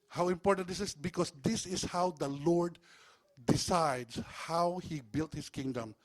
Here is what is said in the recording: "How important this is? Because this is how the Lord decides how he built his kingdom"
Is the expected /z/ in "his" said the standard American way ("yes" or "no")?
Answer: no